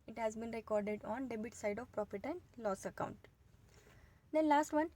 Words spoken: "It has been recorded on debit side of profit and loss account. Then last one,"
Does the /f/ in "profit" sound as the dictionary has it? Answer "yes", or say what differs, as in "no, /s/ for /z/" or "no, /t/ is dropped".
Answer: no, /p/ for /f/